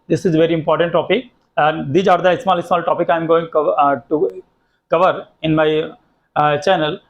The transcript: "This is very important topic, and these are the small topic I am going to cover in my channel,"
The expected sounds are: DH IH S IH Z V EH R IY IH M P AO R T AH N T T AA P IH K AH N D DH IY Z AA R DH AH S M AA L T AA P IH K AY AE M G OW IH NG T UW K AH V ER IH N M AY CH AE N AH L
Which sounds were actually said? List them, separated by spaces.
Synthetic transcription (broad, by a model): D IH S IH Z V EH R IY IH M P AO R T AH N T T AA P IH K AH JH D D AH IH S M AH S M AA L T AA P IH K AY M G OW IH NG T UW K AH V ER IH N M AY CH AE N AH L